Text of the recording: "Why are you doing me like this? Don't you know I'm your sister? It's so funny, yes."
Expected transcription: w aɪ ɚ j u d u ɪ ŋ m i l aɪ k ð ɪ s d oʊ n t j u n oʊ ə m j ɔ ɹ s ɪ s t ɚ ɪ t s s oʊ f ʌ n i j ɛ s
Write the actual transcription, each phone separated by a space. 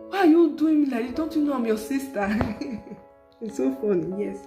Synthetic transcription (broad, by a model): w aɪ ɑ j u d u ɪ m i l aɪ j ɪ d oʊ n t j u n oʊ ə m j ɔ s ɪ s t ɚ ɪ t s s oʊ f ʌ n i j ɛ s